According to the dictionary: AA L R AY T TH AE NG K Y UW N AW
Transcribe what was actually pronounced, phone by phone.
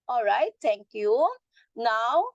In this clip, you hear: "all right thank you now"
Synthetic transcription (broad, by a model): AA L R AY T T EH NG K Y UW N AW